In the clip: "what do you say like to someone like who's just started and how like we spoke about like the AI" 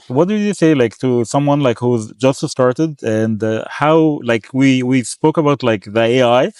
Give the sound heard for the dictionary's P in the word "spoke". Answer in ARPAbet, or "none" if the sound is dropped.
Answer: P